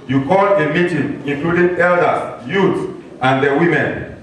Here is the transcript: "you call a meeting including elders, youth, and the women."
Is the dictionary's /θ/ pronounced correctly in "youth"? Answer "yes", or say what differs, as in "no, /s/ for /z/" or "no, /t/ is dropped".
no, /s/ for /θ/